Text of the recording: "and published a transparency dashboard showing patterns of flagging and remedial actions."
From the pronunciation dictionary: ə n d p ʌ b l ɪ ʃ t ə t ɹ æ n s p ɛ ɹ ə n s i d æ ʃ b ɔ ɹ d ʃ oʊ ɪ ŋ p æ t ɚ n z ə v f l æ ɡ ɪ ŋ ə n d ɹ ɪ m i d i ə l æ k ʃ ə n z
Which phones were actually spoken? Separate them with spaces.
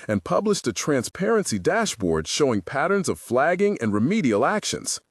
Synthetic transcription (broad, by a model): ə n p ʌ b l ɪ ʃ t ə t ɹ æ n s p ɛ ɹ ə n s i d æ ʃ b ɔ ɹ d ʃ oʊ ɪ ŋ p æ t ɚ n z ə v f l æ ɡ ɪ ŋ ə n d ɹ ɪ m i d i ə l æ k ʃ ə n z